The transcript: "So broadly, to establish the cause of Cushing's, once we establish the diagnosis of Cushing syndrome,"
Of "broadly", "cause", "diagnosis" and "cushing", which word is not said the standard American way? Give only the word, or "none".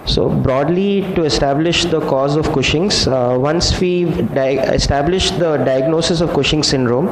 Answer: none